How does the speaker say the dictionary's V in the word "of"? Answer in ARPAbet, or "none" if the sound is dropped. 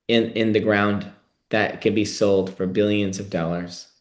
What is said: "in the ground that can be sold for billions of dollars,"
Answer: V